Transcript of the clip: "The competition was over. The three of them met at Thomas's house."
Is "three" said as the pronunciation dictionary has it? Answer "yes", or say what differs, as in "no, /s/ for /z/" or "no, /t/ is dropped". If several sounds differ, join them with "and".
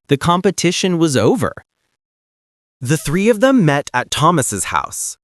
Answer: yes